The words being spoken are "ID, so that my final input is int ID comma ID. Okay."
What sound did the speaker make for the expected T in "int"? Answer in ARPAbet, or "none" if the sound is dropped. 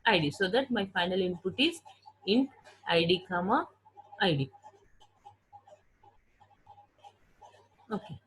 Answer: none